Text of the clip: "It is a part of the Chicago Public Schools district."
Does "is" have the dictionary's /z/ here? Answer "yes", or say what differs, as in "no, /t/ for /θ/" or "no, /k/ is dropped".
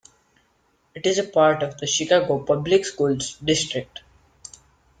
yes